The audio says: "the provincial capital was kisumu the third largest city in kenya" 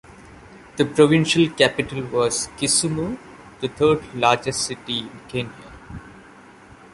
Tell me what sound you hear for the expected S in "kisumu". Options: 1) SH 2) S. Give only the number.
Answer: 2